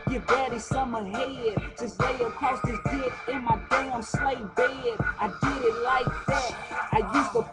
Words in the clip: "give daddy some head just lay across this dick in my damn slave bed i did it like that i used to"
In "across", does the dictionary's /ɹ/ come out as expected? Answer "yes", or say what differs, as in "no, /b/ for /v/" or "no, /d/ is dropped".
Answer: no, /ɹ/ is dropped